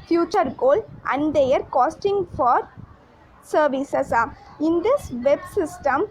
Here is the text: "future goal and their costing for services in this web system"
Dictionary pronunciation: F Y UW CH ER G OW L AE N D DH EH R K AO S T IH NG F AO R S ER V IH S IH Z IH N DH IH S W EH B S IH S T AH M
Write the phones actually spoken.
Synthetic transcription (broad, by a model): F Y UW CH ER G OW L AE N D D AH R K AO S T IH NG F AO R S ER V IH S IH S IH N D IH S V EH B S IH S T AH M